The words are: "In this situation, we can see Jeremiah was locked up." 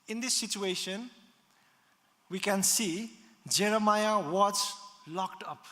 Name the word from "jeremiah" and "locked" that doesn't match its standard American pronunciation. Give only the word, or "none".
none